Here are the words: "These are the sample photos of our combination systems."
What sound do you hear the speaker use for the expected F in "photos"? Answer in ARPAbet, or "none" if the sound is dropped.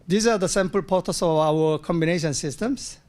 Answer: P